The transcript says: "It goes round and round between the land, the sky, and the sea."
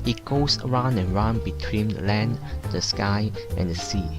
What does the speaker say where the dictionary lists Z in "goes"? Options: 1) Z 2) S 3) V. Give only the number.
2